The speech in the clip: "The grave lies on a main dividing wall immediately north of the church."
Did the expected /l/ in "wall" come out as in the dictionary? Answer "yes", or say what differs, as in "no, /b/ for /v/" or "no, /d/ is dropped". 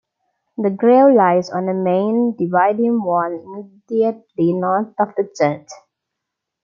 no, /n/ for /l/